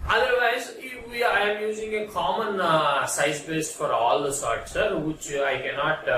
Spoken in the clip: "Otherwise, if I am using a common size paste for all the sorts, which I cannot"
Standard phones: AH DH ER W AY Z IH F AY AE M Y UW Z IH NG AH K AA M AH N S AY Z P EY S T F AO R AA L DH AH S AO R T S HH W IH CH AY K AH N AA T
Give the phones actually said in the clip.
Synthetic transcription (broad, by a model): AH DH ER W AY Z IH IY AY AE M Y UW Z IH NG AH K AA M AH N S AY Z B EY S T F AO R AA L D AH S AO R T S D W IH CH AY K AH N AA T